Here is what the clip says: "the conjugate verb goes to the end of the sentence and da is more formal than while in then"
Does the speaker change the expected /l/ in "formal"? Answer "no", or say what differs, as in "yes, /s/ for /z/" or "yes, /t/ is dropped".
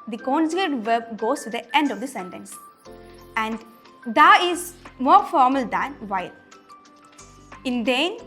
no